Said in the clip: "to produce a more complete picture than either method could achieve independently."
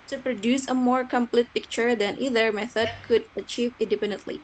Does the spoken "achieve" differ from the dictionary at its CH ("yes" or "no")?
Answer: no